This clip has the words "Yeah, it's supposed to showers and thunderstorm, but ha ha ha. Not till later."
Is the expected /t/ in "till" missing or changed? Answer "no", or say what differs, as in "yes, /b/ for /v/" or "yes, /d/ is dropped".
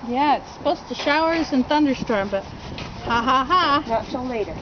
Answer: yes, /s/ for /t/